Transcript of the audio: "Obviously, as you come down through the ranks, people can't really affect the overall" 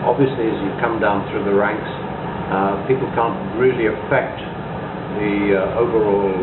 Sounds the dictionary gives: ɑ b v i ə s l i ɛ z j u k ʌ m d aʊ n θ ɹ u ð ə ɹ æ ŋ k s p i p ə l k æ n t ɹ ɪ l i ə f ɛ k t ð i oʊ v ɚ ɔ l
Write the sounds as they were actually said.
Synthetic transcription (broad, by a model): ɑ b v i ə s l i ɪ z j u k ʌ m d aʊ n θ ɹ u ð ə ɹ æ ŋ k s p i p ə l k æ n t ɹ ɪ l i ə f ɛ k t ð i oʊ v ɚ ɔ l